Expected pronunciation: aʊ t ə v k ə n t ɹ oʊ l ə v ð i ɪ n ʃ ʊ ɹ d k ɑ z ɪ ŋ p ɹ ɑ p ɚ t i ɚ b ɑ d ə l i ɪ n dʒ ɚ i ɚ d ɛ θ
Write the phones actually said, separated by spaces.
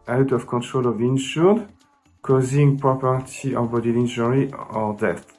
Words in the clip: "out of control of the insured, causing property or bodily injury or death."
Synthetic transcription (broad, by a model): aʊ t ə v k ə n t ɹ oʊ l ə v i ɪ n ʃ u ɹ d k ɑ z ɪ ŋ p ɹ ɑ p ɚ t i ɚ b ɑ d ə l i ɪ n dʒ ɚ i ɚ d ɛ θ